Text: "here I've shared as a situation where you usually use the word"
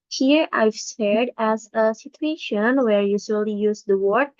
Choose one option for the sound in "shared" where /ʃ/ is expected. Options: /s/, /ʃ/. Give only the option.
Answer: /s/